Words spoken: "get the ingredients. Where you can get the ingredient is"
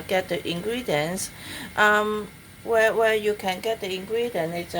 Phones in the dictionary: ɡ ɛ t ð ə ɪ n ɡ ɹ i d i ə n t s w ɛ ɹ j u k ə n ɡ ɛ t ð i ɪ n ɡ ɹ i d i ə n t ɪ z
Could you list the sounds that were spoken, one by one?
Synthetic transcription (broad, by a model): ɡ ɛ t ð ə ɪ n ɡ ɹ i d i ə n t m w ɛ w j u k ə n ɡ ɛ t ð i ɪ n ɡ ɹ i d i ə n ɪ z